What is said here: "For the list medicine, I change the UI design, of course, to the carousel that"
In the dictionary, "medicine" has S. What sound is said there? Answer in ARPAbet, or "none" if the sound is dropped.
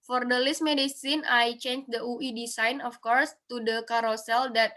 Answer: S